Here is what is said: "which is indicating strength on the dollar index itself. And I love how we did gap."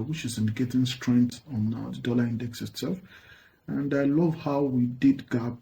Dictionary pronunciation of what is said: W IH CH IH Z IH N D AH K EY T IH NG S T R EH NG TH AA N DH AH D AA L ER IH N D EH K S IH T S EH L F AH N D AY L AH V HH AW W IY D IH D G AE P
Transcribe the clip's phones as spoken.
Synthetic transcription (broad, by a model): W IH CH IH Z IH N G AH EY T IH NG S T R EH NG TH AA N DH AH D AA L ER IH N D EH K S IH T S EH L F AH N D AY L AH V HH AW W IY D IH D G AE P